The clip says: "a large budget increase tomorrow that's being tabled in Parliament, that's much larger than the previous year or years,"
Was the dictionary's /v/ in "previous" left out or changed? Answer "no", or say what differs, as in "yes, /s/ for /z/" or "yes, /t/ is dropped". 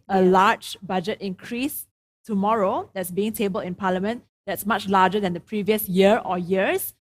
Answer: no